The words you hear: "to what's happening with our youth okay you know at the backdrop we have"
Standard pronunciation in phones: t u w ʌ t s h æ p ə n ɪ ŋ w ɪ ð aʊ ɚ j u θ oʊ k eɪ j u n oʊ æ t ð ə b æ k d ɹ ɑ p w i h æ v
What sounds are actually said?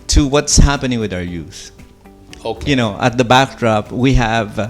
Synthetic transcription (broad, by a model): t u w ʌ t s h æ p ə n ɪ ŋ w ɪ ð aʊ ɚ j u s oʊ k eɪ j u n oʊ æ t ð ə b æ k d ɹ ɑ p w i h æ v